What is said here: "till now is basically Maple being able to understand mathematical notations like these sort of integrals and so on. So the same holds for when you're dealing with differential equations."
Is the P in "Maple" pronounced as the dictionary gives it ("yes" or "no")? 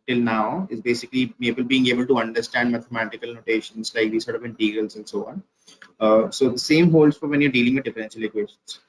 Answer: no